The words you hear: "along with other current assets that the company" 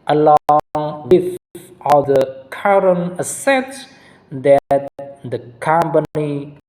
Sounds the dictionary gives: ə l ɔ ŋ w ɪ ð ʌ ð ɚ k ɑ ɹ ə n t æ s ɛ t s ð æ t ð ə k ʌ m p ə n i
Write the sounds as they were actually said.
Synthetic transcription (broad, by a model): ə l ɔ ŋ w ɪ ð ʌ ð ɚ k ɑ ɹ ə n ʌ s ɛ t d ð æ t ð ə k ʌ m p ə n i